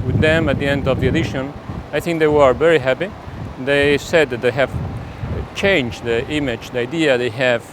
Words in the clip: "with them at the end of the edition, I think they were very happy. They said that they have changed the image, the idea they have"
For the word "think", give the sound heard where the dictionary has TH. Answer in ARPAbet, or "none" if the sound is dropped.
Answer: TH